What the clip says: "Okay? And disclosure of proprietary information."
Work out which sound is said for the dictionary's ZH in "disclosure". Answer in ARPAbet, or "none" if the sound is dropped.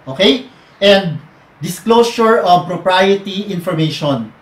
S